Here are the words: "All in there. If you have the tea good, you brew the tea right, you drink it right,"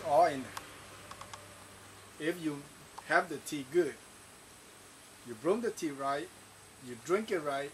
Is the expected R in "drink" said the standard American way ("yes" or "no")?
yes